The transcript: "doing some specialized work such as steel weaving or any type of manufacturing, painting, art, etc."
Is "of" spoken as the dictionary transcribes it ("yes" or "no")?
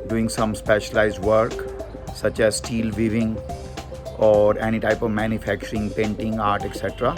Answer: yes